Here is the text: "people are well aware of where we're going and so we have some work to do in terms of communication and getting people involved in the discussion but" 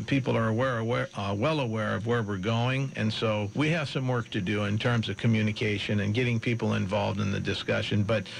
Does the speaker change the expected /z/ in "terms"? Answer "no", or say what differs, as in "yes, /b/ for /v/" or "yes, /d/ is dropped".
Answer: no